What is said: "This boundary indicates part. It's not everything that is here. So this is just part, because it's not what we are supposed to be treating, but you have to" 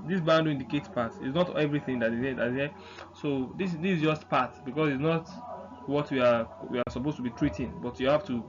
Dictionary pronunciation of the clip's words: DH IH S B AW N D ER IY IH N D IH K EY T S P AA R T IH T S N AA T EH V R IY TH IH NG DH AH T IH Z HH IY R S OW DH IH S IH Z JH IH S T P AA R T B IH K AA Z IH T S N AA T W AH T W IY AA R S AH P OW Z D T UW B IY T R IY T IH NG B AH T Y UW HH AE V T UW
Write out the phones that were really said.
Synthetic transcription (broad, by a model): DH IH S B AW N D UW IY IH N D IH K EY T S P AA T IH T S N AA T EH V R IY TH IH NG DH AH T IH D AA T S OW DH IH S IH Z JH IH S T P AA T B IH K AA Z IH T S N AA T W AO T W IY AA W S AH P OW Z T UW B IY T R IY T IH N B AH T Y UW HH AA F T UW